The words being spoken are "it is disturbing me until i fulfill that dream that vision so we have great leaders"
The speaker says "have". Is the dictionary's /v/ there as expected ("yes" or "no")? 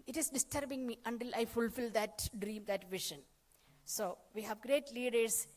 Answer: yes